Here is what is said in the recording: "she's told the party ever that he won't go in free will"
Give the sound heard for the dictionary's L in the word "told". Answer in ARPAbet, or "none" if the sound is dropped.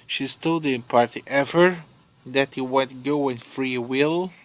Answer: none